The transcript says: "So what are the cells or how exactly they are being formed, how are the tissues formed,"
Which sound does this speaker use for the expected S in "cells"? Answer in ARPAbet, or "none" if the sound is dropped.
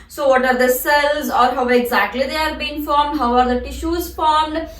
S